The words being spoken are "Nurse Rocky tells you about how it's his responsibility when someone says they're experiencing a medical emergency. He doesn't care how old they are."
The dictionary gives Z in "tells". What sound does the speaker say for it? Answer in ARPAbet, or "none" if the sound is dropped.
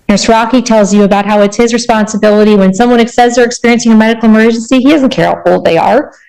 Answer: Z